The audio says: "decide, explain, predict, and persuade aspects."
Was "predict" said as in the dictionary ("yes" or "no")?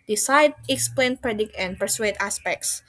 yes